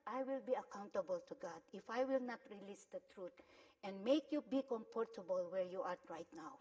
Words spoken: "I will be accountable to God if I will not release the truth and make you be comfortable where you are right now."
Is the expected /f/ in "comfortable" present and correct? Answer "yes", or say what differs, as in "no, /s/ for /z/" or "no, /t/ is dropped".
no, /p/ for /f/